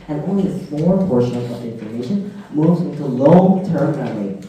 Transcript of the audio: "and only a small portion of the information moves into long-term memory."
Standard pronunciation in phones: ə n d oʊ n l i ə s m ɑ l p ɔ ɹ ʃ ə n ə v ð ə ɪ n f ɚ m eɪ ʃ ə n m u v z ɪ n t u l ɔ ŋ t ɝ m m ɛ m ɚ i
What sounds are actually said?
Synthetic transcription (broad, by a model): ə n oʊ n l i ə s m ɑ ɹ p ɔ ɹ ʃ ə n ə v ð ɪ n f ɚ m eɪ ʃ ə n m u v z ɪ n t u l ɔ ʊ t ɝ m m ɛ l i